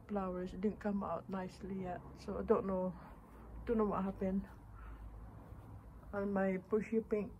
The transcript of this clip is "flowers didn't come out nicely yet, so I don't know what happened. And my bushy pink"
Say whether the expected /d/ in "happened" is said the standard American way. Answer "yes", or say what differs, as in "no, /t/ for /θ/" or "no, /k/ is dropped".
no, /d/ is dropped